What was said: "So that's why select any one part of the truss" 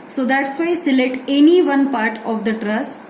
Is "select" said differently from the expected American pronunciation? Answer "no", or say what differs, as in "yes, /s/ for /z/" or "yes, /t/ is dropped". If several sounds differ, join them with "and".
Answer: yes, /k/ is dropped